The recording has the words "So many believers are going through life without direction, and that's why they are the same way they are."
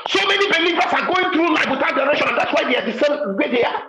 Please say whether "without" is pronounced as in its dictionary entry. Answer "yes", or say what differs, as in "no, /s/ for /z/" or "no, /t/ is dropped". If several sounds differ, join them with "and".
no, /t/ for /θ/